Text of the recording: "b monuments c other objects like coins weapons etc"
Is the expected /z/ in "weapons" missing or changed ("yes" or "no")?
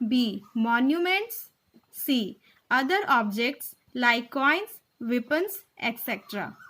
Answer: yes